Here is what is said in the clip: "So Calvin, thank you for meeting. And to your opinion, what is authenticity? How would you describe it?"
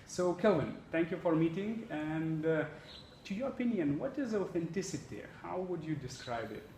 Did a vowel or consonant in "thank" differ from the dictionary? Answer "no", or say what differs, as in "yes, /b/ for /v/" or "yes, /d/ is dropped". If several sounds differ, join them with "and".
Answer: yes, /t/ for /θ/